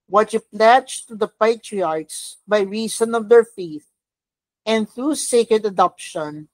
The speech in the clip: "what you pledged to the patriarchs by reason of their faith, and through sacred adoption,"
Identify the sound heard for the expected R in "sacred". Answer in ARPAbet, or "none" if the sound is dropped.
R